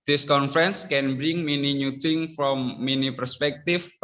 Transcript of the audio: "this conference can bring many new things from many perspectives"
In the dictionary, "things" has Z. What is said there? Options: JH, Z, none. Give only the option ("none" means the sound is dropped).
none